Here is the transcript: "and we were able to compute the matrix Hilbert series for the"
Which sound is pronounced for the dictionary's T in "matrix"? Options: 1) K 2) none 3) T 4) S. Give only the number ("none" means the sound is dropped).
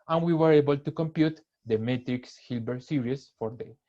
3